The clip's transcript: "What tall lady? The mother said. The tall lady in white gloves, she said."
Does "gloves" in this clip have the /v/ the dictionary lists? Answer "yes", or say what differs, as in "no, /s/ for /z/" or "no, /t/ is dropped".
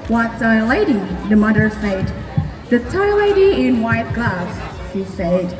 no, /v/ is dropped